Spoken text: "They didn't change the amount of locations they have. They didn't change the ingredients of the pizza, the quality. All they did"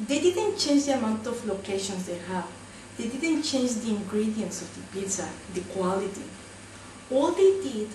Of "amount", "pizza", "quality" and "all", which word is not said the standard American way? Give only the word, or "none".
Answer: pizza